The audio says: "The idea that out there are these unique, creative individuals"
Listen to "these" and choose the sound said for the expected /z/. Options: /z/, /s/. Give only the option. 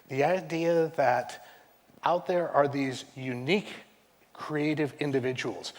/z/